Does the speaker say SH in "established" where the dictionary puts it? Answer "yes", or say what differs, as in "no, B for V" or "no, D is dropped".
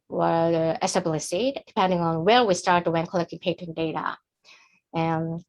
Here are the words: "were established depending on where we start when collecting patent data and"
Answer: no, S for SH